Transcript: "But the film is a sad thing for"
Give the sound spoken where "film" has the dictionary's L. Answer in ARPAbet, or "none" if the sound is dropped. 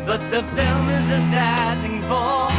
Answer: L